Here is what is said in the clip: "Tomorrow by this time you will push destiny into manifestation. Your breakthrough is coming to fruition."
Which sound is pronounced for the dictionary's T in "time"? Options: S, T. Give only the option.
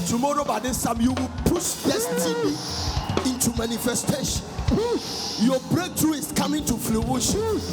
S